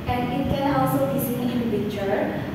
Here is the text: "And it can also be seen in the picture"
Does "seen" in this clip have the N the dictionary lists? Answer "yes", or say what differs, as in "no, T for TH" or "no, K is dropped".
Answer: no, L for N